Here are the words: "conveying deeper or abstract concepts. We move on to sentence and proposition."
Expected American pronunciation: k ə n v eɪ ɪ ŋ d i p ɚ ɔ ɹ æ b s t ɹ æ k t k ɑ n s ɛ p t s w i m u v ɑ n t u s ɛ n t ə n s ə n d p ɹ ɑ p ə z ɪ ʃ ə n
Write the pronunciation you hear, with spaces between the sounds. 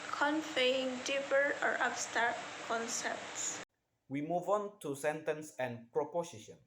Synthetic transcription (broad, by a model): k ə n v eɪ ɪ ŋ d i p ɚ ɔ ɹ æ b s t ɑ t k ɑ n s ɛ p t s w i m u v ɑ n t u s ɛ n t ə n s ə n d p ɹ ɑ p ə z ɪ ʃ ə n